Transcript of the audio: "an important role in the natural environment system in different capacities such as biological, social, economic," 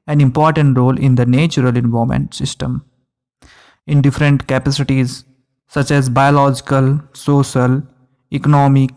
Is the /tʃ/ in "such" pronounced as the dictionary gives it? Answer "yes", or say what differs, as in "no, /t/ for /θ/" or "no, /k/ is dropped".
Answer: yes